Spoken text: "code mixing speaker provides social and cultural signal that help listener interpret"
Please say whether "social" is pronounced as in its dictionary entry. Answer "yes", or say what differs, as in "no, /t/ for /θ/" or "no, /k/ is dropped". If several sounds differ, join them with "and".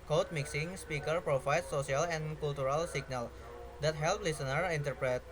no, /s/ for /ʃ/